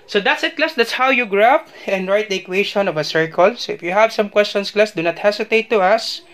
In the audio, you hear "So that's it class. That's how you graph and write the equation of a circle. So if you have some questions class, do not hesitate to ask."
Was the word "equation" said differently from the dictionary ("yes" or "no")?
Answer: yes